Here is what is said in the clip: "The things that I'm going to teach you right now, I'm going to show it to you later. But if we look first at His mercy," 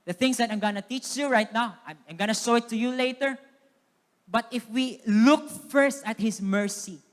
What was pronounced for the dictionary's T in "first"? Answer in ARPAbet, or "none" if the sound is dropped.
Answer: T